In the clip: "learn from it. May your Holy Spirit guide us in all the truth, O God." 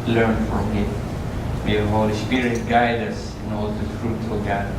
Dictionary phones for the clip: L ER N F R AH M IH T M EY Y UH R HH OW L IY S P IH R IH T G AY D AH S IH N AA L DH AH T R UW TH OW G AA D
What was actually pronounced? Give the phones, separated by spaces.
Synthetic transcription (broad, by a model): L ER N F R AH M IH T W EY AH HH OW L IY S P IH R IH T G AY D AH S IH N AA L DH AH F R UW F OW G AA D